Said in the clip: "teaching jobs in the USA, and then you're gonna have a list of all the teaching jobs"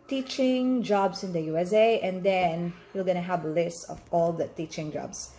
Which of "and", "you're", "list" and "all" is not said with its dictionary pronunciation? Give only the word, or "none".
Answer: you're